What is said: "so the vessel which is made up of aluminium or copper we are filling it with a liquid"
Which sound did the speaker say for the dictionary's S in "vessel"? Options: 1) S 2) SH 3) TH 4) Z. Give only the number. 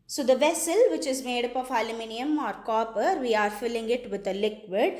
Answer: 1